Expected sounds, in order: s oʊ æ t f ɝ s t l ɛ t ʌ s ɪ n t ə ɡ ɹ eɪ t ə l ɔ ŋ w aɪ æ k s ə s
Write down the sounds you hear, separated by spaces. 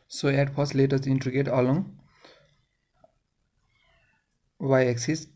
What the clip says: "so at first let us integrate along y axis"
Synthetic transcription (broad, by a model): s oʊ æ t p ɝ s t l ɛ t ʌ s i n t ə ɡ eɪ t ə l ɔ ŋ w aɪ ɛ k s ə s